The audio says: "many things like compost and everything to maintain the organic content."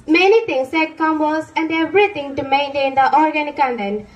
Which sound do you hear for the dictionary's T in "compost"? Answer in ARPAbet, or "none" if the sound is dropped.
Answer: none